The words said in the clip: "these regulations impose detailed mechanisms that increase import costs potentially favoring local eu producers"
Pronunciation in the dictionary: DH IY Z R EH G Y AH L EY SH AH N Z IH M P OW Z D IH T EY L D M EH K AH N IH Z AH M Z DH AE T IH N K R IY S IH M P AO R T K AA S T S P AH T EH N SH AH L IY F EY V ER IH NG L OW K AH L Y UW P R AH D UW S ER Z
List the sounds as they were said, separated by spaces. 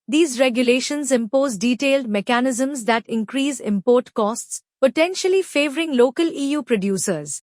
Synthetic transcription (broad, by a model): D IY Z R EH G Y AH L EY SH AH N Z IH M P OW Z D IH T EY L D M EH K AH N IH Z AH M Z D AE T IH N K R IY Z IH M P AO R T K AA S T S P AH T EH N SH AH L IY F EY V ER IH NG L OW K AH L Y UW P R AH D UW S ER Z